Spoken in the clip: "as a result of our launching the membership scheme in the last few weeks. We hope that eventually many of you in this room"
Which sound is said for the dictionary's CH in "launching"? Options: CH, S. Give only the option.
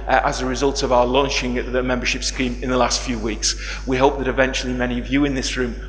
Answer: CH